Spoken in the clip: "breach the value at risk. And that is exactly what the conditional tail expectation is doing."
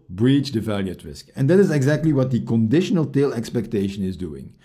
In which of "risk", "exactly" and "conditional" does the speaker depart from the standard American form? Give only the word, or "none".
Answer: none